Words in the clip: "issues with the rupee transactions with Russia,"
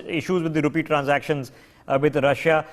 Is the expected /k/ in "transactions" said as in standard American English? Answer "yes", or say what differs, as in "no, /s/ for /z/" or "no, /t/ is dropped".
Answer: yes